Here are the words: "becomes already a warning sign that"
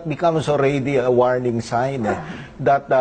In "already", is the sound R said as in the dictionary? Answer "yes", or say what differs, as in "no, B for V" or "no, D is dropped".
yes